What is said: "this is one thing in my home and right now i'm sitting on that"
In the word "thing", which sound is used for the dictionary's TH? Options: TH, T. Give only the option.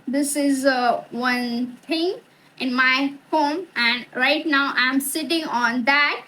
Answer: T